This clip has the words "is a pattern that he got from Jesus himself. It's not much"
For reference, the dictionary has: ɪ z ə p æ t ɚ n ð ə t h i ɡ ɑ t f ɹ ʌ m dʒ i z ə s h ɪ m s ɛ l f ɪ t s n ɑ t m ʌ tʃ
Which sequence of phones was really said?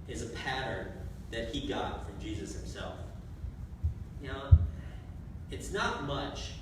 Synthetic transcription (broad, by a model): ɪ z ə p æ t ɚ n ð ə t h i ɡ ɑ t f ɹ ʌ m dʒ i z ə s h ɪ m s ɛ l f ɪ t s n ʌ t m ʌ tʃ